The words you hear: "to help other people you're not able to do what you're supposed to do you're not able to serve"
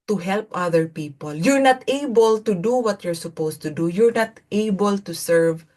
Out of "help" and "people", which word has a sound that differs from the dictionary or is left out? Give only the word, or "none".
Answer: none